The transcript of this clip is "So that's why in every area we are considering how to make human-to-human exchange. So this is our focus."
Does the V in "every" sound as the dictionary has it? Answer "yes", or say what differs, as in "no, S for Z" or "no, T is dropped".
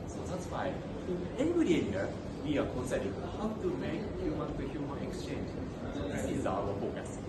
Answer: no, B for V